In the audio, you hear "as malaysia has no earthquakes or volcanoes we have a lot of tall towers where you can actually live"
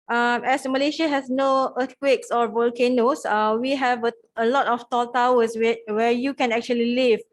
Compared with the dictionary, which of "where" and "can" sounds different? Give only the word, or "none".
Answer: where